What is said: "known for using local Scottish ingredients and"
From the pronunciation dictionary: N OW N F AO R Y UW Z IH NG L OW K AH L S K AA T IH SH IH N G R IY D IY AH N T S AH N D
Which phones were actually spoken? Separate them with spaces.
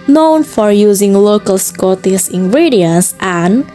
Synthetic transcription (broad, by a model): N OW N F AO R Y UW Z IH NG L OW K AH L S K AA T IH S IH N G R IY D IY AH N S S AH N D